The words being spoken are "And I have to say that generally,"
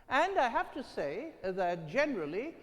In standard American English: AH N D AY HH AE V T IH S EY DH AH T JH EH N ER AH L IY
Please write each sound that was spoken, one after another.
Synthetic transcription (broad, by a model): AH N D AY HH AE F T IH S EY DH AH T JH EH N ER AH L IY